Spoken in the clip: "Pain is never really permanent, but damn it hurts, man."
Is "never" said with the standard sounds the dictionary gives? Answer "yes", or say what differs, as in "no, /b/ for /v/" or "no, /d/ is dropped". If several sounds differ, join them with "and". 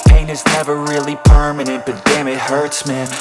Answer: yes